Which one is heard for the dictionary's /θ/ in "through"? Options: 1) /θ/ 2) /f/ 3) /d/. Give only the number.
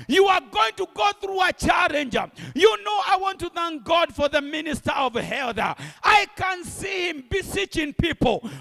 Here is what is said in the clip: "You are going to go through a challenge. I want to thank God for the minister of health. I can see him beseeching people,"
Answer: 1